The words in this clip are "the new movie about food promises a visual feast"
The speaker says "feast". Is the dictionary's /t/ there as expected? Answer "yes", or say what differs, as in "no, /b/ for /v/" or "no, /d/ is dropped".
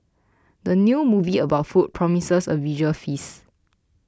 no, /t/ is dropped